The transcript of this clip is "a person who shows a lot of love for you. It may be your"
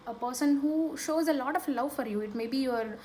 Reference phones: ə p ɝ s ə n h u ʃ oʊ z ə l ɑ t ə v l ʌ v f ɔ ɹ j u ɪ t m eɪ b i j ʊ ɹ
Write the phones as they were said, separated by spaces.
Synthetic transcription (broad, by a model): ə p ɝ s ə n h u ʃ oʊ z ə l ɑ t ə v l ʌ v f ɔ ɹ j u ɪ t m eɪ b i j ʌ ɹ